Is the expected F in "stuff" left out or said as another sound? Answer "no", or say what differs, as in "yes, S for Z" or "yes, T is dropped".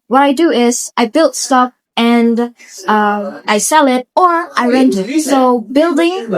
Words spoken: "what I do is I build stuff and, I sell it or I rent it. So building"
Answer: yes, P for F